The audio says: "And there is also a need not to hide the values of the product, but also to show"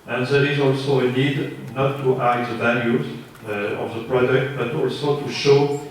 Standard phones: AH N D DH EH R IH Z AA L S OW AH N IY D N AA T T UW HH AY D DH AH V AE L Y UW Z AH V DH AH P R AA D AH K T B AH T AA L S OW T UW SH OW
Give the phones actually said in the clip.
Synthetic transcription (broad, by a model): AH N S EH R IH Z AA L S OW AH N IY D N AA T T UW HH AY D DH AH V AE L Y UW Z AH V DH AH P R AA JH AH K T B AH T AA L S OW T UW SH OW